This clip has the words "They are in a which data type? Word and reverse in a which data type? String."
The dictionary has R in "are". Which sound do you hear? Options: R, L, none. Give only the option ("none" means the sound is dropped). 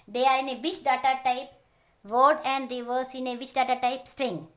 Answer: R